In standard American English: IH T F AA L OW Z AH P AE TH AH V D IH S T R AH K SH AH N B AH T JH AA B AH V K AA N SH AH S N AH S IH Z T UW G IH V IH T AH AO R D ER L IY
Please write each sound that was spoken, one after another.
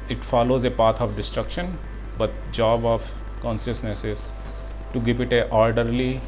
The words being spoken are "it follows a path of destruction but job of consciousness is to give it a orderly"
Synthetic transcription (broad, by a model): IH T F AA L OW Z AH P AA T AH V D IH S T R AH K SH AH N B AH T JH AA B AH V K AA N SH AH S N AH S IH Z T UW G IH V IH T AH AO R D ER L IY